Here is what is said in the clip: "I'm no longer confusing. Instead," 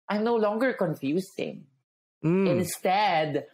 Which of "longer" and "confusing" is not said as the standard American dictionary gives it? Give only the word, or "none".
confusing